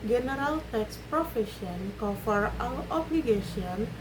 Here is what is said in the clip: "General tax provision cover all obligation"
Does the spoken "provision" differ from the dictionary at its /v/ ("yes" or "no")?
yes